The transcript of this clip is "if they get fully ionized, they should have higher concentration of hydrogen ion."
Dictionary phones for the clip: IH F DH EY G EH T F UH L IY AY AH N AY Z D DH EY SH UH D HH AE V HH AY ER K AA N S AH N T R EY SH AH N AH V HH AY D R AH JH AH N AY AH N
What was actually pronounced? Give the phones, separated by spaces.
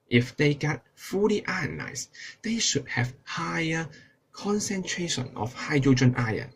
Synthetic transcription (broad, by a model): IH F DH EY G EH T F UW L IY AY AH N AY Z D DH EY SH UH D HH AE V HH AY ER K AA N S AH N T R EY SH AH N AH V HH AY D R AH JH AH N AY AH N